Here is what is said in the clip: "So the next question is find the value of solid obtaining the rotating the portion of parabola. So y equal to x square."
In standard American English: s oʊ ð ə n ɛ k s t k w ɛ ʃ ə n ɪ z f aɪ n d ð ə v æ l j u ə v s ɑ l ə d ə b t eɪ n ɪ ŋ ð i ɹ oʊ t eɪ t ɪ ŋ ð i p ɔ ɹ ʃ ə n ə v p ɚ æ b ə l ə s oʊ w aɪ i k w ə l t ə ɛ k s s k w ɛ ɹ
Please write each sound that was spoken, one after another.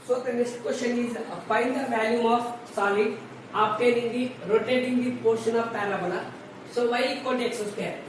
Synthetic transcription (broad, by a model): s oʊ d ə n ɛ k s t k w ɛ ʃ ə n ɪ z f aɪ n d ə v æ l j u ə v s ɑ l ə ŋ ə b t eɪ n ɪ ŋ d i ɹ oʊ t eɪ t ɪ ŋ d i p ɔ ɹ ʃ ə n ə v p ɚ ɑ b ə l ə s oʊ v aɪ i k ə n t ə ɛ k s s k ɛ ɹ